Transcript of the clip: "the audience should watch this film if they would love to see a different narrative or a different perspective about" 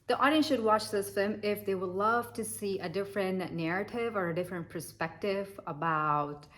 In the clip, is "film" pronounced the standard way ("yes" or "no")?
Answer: no